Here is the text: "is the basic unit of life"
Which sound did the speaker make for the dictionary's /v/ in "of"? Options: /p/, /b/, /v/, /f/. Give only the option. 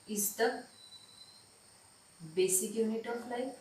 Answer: /p/